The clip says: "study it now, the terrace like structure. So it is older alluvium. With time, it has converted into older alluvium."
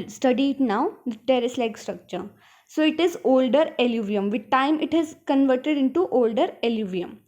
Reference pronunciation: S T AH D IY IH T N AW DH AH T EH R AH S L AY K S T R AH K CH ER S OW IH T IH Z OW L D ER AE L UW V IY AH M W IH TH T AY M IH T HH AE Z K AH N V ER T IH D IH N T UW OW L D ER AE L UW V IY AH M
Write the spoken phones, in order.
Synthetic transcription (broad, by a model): S T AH D IY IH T N AW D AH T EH R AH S L AY K S T R AH K CH ER S OW IH T IH Z OW L D ER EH L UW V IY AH M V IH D T AY M IH T HH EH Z K AH N V ER T IH D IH N T UW OW L D ER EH L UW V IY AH M